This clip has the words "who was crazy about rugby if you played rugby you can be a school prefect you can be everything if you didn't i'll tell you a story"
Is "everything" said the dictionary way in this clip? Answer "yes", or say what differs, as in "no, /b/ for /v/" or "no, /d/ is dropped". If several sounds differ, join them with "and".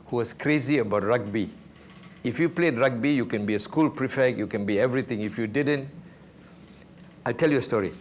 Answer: no, /t/ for /θ/